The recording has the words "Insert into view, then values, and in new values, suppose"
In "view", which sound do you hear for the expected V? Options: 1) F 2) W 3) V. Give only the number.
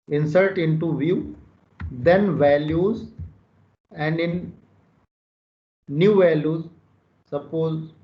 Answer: 3